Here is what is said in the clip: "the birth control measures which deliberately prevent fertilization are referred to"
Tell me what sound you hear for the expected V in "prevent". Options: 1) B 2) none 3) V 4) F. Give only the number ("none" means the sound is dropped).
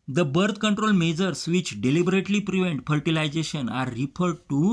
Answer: 3